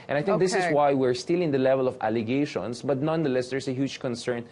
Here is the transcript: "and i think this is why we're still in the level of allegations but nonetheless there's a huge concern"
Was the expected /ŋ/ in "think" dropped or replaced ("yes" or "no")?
yes